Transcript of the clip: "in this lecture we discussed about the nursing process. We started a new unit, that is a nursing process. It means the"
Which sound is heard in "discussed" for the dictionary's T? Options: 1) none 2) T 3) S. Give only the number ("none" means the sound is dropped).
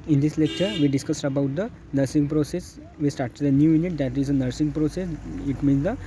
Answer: 2